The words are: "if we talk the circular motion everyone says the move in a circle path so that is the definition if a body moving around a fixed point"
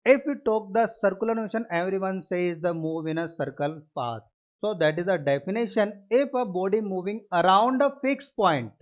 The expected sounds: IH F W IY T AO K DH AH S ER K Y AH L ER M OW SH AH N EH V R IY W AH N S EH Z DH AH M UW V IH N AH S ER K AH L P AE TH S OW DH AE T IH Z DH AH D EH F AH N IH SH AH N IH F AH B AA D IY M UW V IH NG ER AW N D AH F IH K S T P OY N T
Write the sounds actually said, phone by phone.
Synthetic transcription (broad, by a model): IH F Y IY T AO K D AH S ER K Y AH L ER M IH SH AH N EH V R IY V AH N S EH Z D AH M UW V IH N AH S ER K AH L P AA T S OW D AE T IH Z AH D EH F AH N IH SH AH N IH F AH B AA D IY M UW V IH NG ER AW N D AH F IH K S P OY N T